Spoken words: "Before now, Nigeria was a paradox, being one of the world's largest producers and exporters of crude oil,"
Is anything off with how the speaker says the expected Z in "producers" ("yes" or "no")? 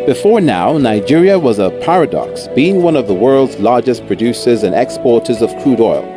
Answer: no